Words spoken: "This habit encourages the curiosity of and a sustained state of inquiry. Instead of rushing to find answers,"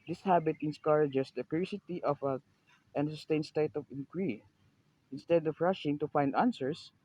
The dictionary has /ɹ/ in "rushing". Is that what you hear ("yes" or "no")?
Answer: yes